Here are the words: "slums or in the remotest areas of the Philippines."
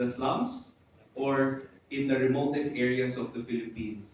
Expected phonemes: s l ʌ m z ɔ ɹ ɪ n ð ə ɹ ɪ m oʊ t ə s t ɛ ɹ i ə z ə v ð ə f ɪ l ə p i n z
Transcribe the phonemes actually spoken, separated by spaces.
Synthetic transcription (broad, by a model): s l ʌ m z ɔ ɹ ɪ n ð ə ɹ ɪ m oʊ t ə s t ɛ ɹ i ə s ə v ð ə f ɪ l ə p i n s